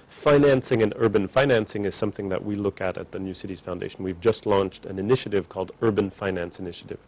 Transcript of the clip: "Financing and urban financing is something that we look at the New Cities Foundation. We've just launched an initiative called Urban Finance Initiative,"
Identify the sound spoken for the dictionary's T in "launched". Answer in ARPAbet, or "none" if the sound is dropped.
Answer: T